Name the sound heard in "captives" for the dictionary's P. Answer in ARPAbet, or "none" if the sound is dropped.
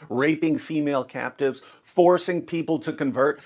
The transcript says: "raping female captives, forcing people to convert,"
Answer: P